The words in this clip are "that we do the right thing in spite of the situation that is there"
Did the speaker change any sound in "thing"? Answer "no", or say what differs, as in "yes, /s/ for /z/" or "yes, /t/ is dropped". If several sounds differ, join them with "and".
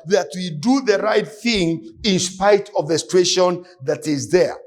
no